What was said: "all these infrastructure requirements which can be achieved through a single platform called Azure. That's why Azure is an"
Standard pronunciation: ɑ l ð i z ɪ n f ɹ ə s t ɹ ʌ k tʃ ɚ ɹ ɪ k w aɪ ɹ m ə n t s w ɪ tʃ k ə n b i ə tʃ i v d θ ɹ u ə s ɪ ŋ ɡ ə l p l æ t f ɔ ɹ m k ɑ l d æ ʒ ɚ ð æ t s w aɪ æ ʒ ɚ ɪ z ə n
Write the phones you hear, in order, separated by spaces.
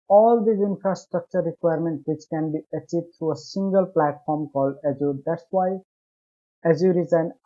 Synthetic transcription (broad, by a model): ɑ l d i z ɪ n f ɹ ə s t ɹ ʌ k tʃ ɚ ɹ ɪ k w aɪ ɹ m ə n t w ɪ tʃ k ə n b i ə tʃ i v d t ɹ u ə s ɪ ŋ ɡ ə l p l æ t f ɔ ɹ m k ɑ l d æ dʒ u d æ t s w aɪ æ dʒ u ɪ z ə n